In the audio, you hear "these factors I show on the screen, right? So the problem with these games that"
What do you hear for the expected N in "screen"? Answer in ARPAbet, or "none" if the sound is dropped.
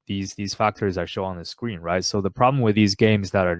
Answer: N